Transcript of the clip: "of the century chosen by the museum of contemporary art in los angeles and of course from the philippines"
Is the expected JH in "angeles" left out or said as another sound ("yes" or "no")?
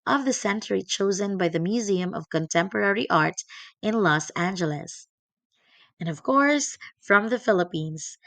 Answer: no